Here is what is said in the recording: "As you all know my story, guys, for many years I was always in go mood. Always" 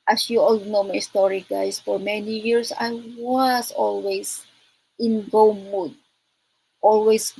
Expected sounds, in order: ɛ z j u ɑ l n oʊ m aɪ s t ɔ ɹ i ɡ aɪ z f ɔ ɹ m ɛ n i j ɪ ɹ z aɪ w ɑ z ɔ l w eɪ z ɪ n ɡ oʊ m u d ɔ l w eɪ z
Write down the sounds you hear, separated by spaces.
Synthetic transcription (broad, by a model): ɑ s j u ɑ l n oʊ m aɪ s t ɔ ɹ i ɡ aɪ s f ɔ ɹ m ɛ n i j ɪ ɹ s aɪ w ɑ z ɔ l w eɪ s ɪ n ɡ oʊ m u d ɔ l w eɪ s